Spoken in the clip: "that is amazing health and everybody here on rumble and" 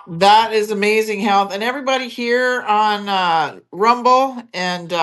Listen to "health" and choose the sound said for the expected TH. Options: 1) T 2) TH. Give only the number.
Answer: 2